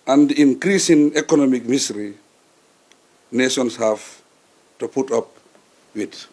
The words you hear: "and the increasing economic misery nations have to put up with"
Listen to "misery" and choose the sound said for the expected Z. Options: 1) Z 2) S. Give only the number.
2